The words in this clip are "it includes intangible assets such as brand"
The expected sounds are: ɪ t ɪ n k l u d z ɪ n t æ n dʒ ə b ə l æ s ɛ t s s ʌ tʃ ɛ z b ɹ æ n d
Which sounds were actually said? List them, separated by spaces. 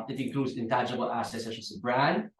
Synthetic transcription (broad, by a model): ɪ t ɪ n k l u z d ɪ n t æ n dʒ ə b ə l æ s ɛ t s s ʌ s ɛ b ɹ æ n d